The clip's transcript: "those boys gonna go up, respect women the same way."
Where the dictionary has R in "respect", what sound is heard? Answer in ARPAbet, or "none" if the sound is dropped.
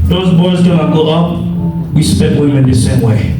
W